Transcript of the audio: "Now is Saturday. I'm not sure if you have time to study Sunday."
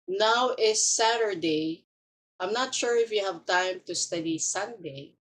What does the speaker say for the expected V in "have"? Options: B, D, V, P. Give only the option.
V